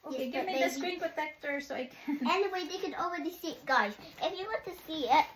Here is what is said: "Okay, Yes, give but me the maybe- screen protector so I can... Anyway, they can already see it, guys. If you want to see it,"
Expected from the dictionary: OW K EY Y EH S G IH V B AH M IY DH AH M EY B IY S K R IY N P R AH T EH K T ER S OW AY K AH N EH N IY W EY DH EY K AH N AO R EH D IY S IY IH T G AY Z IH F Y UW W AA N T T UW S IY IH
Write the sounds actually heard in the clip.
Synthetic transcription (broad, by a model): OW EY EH G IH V M IY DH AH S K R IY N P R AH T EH K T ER S OW AY K AH N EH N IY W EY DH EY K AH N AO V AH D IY S IY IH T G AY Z IH F Y UW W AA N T T UW S IY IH